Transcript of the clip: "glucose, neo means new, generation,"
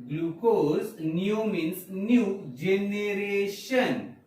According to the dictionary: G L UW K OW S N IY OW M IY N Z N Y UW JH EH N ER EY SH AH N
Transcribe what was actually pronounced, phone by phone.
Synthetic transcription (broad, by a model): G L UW K OW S N IY OW M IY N S N Y UW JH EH N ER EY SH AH N